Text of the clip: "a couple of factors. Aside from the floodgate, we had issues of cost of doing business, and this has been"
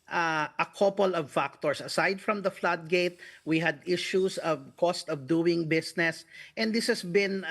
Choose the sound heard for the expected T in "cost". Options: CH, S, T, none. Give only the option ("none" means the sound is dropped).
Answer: T